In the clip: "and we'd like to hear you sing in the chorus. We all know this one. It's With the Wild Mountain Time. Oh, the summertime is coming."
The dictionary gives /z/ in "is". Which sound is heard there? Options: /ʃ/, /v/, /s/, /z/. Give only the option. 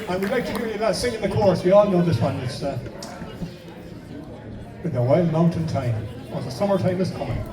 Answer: /s/